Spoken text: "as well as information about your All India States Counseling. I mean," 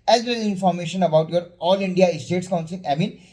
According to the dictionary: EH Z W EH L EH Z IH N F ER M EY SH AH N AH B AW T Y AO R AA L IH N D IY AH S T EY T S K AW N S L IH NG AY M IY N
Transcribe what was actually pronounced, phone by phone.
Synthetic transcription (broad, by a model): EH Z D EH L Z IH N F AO M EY SH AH N AH B AW T Y AO R AA L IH N D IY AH S T EY T S K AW N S IH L AY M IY N